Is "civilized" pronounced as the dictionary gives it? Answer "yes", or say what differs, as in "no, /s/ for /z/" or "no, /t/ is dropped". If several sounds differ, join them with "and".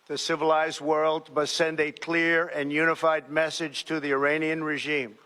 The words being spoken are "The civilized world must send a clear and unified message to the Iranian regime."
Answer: yes